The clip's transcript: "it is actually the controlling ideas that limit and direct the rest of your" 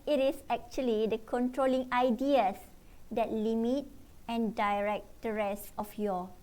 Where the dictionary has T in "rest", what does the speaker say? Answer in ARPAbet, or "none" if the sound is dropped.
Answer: none